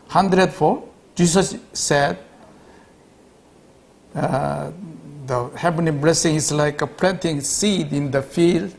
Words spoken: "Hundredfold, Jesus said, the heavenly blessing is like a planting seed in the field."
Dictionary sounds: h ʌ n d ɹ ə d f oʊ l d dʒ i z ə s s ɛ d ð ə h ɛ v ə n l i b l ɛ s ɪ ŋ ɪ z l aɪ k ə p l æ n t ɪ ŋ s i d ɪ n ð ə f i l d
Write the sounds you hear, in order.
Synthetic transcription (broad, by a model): h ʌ n d ɹ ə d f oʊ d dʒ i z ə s s ɛ d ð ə h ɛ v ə n i b l ɛ s ɪ ŋ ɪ s l aɪ k ə p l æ n t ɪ ŋ s i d ɪ n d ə f i l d